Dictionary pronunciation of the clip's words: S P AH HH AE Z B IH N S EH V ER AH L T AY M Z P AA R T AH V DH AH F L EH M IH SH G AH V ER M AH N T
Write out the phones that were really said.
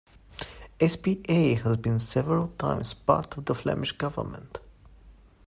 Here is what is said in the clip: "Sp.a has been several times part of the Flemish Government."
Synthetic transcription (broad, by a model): S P AH HH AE Z B IH N S EH V ER AH L T AY M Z P AA R T AH V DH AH F L EH M IH SH G AH V ER M AH N T